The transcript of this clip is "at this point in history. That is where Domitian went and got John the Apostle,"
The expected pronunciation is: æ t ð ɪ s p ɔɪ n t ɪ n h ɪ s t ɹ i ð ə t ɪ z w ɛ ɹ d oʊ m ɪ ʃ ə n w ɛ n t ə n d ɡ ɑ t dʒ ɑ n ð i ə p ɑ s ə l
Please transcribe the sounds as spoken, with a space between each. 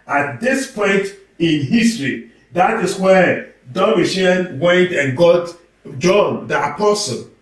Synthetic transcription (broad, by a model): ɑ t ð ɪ s p ɔɪ n t ɪ n h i s t ɹ i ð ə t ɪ s w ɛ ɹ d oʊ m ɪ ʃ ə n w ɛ t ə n ɡ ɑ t dʒ ɑ n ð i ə p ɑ s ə l